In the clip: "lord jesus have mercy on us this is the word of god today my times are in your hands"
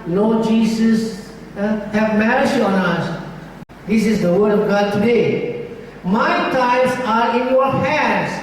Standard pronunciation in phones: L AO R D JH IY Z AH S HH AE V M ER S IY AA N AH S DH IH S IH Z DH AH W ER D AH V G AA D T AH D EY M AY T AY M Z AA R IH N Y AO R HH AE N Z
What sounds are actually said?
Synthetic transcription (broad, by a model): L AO JH IY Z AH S HH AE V M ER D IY AA N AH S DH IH S IH Z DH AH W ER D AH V G AA D T AH D EY M AY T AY Z AA R IH N Y AO R HH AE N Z